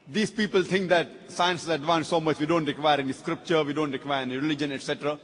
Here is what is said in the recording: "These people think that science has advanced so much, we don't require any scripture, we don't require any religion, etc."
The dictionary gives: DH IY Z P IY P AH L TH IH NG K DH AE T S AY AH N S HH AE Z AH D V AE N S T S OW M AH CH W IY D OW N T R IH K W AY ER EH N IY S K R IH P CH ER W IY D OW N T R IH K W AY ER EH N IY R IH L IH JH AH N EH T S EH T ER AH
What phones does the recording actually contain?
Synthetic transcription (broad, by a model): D IY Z P IY P AH L T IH NG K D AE T S AY AH N S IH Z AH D V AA N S S OW M AH CH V IY D OW N T R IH K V AY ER EH N IY S K R IH P CH ER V IY D OW N T R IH K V AY ER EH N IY R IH L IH JH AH N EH T S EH T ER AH